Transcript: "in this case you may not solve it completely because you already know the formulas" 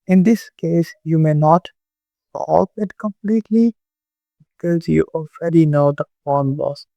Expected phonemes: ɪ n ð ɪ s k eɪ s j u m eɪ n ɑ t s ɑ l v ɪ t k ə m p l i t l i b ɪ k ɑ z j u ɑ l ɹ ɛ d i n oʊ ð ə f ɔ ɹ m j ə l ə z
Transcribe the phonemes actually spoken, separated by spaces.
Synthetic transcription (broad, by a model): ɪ n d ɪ s k eɪ s j u m eɪ n ɑ t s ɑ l p ɪ t k ə m p l i t l i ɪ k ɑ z j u ɑ l ɹ ɛ d i n oʊ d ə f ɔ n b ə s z